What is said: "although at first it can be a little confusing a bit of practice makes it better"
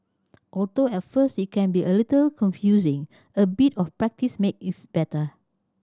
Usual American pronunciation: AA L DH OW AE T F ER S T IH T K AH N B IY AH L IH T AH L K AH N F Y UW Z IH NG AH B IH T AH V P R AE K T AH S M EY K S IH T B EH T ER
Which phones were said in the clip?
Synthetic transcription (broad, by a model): AA L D OW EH T F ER S T IH T K AH N B IY AH L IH T AH L K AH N F Y UW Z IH NG AH B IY T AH F P R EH K T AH S M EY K IH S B EH T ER